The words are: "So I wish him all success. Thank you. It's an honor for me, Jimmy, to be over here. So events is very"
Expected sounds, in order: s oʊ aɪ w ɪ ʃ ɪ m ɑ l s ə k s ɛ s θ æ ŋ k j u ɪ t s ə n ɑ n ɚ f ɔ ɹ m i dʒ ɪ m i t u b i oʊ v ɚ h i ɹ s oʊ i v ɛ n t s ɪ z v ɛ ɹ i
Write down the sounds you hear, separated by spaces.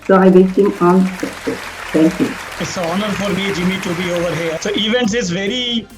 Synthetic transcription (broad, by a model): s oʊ aɪ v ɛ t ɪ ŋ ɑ n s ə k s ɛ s t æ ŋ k j u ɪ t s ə ɑ n ɚ f ɔ ɹ m i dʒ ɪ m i t u b i oʊ v ɚ h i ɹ s oʊ i v ɛ n t s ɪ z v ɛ ɹ i